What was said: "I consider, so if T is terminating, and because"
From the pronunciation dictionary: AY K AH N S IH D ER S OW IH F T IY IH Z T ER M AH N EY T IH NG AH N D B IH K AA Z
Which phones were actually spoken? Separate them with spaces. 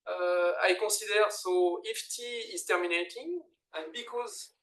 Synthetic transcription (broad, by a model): AY K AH S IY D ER S OW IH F T IY IH Z T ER M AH N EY T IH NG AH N B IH K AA Z